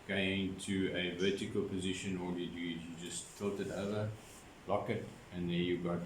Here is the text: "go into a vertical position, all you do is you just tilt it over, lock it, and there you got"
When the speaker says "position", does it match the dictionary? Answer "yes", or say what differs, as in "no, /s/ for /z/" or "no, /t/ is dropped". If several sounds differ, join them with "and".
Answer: yes